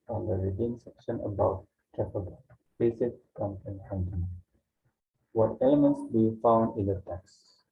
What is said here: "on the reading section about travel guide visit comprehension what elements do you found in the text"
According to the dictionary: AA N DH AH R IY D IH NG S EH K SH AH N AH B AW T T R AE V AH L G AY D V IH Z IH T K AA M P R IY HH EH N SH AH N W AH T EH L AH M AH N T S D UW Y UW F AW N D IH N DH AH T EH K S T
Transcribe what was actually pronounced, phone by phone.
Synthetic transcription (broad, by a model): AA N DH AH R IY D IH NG S EH K SH AH N AH B AW T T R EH P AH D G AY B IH S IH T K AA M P IY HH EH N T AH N W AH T EH L AH M AH N T S D UW Y UW F AW N D IH N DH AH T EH K S